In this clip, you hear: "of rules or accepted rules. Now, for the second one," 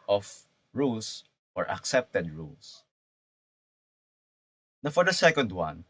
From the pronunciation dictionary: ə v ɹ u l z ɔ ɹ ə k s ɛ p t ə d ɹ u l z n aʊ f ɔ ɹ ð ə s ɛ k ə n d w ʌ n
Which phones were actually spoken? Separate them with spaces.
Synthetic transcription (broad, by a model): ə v ɹ u l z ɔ ɹ ə k s ɛ p t ə d ɹ u l s n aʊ f ɔ ɹ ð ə s ɛ k ə n d w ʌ n